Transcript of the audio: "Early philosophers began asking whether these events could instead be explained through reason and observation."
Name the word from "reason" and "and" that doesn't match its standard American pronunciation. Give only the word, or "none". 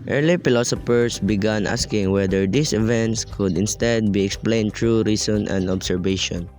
reason